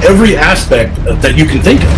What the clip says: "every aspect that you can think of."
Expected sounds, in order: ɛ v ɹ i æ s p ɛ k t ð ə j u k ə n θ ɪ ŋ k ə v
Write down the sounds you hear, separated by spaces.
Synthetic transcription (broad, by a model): ɛ v ɹ i æ s p ɛ k t ð ə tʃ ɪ k ə n θ ɪ ŋ k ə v